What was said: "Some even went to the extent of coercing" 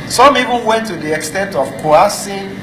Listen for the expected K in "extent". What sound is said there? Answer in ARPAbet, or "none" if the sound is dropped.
K